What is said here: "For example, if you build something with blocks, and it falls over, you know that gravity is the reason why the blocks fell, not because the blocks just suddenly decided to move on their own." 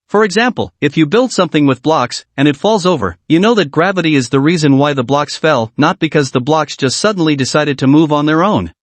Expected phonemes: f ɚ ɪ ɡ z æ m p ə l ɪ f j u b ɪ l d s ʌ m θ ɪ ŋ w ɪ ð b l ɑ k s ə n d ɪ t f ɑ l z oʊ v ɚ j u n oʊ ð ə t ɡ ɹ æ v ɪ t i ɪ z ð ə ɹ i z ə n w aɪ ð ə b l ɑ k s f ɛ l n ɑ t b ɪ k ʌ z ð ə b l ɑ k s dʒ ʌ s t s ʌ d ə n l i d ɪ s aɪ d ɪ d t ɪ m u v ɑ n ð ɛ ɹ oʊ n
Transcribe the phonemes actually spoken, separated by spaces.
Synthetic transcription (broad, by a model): f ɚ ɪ ɡ z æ m p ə l ɪ f j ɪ b ɪ l d s ʌ m θ ɪ ŋ w ɪ ð b l ɑ k s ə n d ɪ t f ɑ l z oʊ v ɚ j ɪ n oʊ ð ə t ɡ ɹ æ v ɪ t i ɪ z ð ə ɹ i z ə n w aɪ ð ə b l ɑ k s f ɛ l n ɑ t b ɪ k ʌ z ð ə b l ɑ k s dʒ ʌ s t s ʌ d n l i d ɪ s aɪ d ɪ d t ɪ m u v n ð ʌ ɹ oʊ n